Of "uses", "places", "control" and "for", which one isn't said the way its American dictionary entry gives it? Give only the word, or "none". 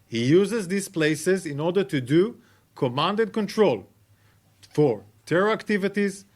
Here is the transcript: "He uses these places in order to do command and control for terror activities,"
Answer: none